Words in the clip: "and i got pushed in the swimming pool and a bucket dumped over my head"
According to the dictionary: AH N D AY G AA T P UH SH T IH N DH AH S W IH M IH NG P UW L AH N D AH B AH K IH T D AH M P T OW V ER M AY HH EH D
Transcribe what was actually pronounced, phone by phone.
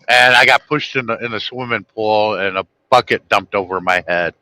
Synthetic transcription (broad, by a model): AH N AY G AA T P UH SH T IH N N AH S W IH M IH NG P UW L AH N AH B AH K IH T D AH M P T OW V ER M AY HH EH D